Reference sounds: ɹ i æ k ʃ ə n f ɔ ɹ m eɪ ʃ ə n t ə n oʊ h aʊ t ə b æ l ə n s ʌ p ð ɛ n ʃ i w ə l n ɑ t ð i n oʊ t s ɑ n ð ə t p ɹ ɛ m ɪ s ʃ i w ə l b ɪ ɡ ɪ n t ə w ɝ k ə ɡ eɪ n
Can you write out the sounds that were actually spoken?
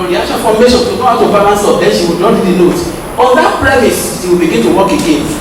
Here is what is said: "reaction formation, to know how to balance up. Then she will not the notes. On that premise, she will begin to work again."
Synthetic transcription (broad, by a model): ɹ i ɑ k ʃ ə f ɔ m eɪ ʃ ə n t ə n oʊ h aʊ t ə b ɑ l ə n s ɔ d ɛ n ʃ i w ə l n ɑ t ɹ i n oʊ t ɑ n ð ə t p ɹ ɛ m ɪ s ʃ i w ə l b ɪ ɡ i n t ə w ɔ k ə ɡ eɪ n